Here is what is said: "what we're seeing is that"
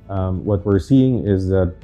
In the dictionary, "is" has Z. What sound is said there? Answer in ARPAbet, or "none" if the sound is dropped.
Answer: Z